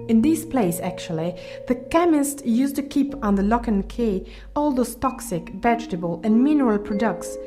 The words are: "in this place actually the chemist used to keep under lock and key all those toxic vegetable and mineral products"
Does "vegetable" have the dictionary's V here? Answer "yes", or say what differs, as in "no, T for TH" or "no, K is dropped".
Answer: yes